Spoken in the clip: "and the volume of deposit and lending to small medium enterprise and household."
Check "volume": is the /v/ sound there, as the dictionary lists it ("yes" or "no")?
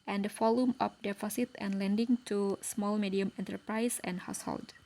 no